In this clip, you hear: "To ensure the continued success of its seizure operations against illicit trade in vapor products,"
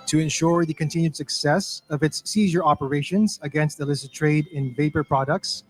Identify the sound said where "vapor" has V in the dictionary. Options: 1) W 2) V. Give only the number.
2